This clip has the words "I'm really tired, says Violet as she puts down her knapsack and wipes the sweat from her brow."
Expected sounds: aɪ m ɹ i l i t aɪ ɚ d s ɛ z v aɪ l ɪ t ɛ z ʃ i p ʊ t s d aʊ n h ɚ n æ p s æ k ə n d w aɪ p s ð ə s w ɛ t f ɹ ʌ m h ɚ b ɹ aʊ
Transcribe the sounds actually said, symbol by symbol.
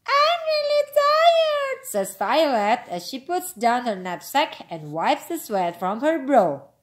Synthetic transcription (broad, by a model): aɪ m ɹ i l i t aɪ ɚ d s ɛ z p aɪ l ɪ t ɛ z ʃ i p ʊ t s d aʊ n h ɚ n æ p s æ k ə n d w aɪ p s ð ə s w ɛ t f ɹ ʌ m h ɚ b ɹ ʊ